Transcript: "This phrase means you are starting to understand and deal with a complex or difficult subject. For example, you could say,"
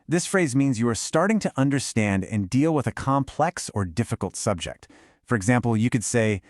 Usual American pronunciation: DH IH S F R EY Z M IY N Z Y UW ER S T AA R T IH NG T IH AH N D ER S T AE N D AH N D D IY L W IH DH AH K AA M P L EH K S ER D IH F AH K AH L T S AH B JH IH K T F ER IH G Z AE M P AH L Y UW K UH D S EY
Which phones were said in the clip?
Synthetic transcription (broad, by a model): DH IH S F R EY Z M IY N Z Y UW ER S T AA R T IH NG T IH AH N D ER S T AE N D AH N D D IY L W IH DH AH K AA M P L EH K S ER D IH F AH K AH L T S AH B JH IH K T F ER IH G Z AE M P L Y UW K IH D S EY